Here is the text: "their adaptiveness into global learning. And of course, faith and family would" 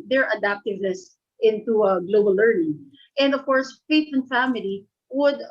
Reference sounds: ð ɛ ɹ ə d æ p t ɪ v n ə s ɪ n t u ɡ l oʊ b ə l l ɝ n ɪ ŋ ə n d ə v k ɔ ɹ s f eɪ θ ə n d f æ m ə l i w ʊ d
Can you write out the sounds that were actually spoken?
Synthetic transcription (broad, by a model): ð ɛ ɹ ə d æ p t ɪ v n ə s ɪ n t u ɡ l oʊ b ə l l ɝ n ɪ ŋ ə n d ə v k ɔ ɹ s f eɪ t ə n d f æ m ə l i w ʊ d